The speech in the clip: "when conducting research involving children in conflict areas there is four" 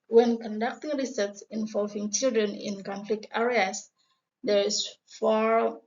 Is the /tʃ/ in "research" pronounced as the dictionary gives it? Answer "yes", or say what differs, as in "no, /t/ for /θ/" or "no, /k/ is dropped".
no, /s/ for /tʃ/